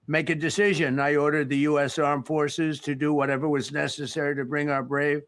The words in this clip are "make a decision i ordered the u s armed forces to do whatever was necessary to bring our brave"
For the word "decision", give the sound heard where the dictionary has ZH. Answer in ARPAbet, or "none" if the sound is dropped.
ZH